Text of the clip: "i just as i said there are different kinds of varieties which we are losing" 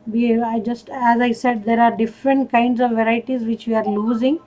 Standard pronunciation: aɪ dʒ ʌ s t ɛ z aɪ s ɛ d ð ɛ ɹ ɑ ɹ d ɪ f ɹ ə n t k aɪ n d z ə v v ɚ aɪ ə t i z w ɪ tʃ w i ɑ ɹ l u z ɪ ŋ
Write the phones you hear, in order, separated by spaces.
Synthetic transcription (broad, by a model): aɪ dʒ ʌ s t ɛ z aɪ s ɛ d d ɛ ɹ ɑ ɹ d ɪ f ɹ ə n t k aɪ n d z ə v v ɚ aɪ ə t i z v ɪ tʃ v i ɑ ɹ l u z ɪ ŋ